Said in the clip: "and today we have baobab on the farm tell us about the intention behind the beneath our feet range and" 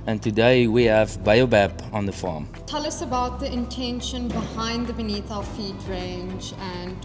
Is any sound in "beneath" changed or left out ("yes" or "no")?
no